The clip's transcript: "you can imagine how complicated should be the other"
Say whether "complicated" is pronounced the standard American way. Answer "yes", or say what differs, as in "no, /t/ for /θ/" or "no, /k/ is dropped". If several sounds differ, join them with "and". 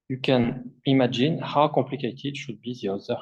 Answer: no, /m/ is dropped